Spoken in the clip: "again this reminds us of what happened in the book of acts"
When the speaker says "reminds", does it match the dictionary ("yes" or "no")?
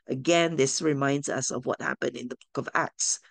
yes